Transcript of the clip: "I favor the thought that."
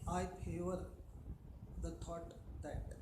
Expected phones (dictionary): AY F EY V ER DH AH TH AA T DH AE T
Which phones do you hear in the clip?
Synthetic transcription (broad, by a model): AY P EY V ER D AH T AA T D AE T